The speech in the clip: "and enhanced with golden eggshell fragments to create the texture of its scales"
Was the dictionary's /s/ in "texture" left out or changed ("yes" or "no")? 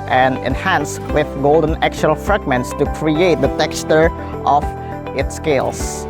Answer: no